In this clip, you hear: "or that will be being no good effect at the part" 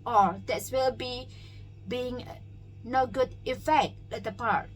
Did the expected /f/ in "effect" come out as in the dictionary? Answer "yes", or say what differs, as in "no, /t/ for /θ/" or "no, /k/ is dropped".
yes